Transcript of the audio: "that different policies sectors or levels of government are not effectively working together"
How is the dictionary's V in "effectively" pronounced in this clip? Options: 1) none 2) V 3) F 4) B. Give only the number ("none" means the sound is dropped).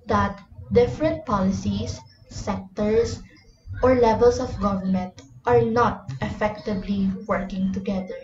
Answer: 4